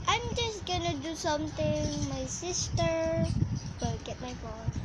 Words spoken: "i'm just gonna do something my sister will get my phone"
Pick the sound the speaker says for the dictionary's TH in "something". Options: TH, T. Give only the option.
T